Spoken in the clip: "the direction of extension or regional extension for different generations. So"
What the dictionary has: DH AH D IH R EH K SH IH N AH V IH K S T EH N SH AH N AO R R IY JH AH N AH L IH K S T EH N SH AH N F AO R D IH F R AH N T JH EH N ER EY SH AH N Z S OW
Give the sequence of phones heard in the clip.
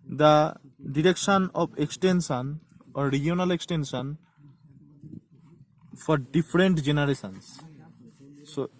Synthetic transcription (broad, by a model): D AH D IH R EH K SH IH N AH B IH K S T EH N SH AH N AO R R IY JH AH N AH L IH K S T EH N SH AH N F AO R D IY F R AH N T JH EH N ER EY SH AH N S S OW